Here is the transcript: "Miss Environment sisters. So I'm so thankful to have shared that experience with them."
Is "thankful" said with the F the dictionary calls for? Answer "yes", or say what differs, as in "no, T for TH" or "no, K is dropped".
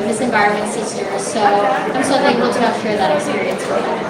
no, F is dropped